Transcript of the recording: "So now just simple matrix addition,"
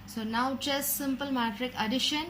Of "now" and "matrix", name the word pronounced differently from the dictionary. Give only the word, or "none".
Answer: matrix